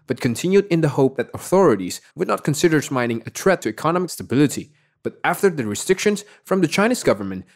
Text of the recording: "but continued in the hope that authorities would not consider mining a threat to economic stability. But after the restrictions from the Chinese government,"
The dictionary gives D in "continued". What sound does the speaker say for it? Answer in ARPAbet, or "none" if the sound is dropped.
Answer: D